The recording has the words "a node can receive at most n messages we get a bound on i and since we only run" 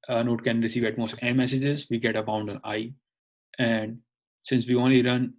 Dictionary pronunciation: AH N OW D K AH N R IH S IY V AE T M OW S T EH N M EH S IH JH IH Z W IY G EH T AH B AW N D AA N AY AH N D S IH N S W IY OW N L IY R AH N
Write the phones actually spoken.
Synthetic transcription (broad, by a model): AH N OW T K AH N R IH S IY V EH T M OW S T EH N M EH S IH JH IH Z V IY G EH T AH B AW N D AA N AY AH N D S IH N S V IY OW N L IY R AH N